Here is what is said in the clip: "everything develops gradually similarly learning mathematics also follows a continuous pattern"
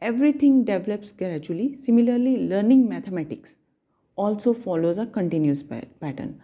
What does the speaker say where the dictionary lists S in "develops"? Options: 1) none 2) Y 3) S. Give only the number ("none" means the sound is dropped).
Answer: 3